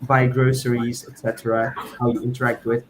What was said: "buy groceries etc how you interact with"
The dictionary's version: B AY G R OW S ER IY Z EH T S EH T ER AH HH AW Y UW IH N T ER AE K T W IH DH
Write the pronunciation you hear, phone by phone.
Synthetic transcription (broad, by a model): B AY G R OW S ER IY Z EH T S EH T ER AH HH AW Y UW IH N T ER AE K T W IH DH